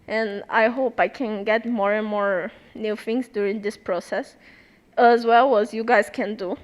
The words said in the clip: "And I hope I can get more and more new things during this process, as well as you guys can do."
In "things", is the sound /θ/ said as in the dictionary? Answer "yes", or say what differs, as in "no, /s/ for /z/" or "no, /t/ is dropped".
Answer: no, /f/ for /θ/